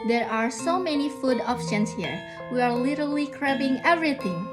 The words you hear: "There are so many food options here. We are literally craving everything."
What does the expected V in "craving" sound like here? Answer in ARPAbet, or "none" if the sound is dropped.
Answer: B